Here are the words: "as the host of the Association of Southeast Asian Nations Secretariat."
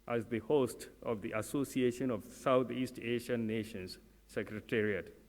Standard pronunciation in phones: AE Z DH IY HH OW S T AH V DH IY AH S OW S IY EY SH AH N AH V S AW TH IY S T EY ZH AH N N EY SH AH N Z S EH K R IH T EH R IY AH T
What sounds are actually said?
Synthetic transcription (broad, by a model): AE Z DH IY HH OW S T AH V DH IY AH S OW S IY EY SH AH N AH V S AW T IY S T EY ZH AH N N EY SH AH N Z S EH K R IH T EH R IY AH T